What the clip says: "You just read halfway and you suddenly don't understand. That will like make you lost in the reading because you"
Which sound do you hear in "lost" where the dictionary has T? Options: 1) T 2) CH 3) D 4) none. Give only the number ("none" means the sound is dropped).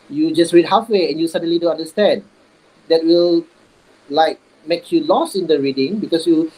4